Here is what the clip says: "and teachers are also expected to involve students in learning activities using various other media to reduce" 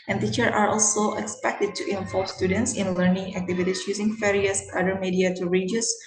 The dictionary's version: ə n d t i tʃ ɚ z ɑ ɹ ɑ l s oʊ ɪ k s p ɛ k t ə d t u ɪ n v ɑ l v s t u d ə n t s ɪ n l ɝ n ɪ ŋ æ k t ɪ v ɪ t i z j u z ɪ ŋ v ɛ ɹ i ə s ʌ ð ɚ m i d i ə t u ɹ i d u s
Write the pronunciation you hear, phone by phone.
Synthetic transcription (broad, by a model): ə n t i tʃ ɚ ɑ ɹ ɑ l s oʊ ɪ k s p ɛ k t ə d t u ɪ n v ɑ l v s t u d ə n t s ɪ n l ɝ n ɪ ŋ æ k t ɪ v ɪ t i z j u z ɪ ŋ f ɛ ɹ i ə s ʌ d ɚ m i d i ə t u ɹ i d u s